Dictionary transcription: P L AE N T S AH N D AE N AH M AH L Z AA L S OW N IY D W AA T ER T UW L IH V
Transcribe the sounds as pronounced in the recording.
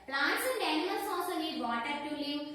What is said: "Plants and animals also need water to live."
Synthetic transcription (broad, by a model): P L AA N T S AH N D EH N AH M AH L S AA S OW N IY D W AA T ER T UW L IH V